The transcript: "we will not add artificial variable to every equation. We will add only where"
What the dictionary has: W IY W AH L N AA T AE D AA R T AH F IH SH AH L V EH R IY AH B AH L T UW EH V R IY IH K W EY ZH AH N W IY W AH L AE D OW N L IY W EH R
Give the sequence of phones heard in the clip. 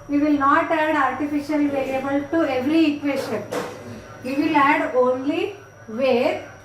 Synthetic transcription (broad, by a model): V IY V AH L N AA T AE D AA R T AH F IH SH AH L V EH L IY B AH L T UW EH V R IY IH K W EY SH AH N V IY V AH L AE D OW N L IY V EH R